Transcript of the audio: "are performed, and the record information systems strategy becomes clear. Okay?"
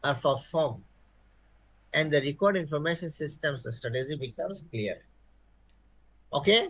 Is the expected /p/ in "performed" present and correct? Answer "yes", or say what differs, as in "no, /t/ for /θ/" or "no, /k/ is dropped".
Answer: no, /f/ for /p/